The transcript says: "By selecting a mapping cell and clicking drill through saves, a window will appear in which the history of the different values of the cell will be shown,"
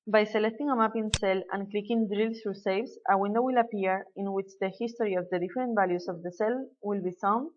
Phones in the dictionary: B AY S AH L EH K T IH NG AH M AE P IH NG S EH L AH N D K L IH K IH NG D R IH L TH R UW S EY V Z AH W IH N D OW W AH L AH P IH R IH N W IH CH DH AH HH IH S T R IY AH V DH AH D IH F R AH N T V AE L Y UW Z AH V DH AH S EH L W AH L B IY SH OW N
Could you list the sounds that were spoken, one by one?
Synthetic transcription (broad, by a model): B AY S AH L EH K T IH NG AH M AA P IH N S EH L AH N K L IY K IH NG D R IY L S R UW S EY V S AH W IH N D OW W AH L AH P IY R IH N W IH CH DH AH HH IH S T R IY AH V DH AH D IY F R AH N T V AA L Y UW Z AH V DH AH S EH L W AH L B IY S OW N